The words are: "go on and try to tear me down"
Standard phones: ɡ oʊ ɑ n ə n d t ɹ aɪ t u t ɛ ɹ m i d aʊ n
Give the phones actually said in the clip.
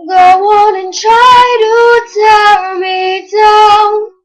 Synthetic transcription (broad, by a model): ɡ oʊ ɑ n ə n t ɹ aɪ t u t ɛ l m i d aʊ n